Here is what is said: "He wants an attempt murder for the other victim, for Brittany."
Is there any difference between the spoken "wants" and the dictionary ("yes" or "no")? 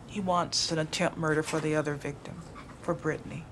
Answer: no